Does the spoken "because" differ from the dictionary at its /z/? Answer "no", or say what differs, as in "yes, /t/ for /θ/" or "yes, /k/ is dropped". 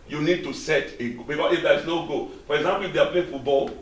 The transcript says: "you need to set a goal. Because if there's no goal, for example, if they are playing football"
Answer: yes, /z/ is dropped